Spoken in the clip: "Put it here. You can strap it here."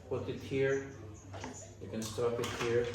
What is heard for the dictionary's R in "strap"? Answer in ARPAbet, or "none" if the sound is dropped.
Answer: none